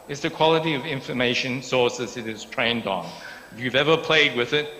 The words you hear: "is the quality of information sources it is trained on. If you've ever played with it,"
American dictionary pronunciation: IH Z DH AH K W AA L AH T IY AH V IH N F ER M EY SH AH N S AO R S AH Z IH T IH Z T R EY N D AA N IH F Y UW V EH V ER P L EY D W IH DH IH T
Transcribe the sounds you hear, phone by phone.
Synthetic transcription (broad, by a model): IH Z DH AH K W AA L AH T IY AH V IH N F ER M EY SH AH N S AO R S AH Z IH T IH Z T R EY N D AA N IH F Y UW V EH V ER P L EY D W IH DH IH T